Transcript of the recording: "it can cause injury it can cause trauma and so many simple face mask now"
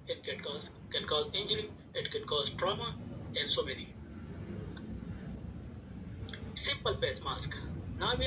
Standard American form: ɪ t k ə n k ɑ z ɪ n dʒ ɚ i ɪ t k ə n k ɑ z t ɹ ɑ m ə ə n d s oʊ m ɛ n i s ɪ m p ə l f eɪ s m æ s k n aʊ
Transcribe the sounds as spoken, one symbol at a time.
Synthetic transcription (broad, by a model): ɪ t k ə n k ɑ z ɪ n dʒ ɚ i ɪ t k ə n k ɑ z t ɹ ɑ m ə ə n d s oʊ m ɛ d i s ɪ m p ə l p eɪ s m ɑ s k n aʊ